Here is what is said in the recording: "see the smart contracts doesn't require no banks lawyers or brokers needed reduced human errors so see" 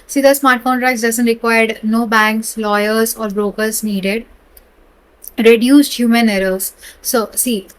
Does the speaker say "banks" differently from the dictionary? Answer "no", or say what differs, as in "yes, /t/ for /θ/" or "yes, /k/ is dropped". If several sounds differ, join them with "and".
no